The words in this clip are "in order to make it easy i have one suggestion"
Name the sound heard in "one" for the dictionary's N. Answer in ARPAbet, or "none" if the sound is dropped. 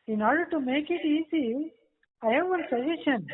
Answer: L